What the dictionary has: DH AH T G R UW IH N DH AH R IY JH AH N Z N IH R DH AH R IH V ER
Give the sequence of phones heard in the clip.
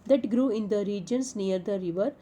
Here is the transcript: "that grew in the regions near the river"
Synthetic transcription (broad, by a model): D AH T G R UW IH N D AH R IY JH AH N S N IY R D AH R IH V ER